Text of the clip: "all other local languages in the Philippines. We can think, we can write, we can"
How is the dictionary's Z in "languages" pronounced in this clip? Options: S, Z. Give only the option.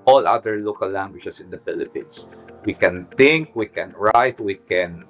S